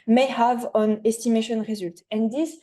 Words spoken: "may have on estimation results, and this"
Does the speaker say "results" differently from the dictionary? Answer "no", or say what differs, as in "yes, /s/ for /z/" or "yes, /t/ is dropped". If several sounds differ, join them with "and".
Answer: yes, /s/ is dropped